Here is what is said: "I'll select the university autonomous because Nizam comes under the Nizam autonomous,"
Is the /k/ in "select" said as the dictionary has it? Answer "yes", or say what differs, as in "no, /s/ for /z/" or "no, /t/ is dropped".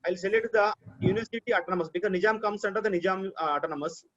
no, /k/ is dropped